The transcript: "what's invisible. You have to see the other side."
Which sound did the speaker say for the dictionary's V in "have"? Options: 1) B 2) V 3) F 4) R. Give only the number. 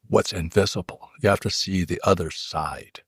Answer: 3